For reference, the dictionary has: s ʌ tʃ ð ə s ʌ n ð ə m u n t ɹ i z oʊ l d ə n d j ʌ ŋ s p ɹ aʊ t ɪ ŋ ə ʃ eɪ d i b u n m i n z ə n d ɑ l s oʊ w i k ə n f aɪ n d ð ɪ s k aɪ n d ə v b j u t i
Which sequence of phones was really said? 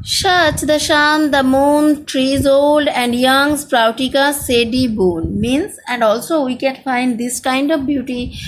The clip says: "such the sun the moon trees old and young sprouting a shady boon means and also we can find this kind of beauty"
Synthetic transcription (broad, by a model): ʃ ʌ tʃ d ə ʃ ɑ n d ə m u n t ɹ i z oʊ l d ə n d j ʌ ŋ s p ɹ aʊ t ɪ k ə s eɪ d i b u n m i n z ə n d ɑ l s oʊ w i k ə n f aɪ n d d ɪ s k aɪ n d ə v b j u t i